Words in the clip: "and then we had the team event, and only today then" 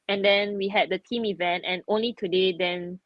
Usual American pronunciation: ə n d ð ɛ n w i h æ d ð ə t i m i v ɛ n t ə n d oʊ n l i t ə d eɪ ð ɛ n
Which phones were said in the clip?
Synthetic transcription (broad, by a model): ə n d ɛ n w i h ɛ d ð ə t i m i v ɛ n t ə n oʊ n l i t ə d eɪ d ɛ n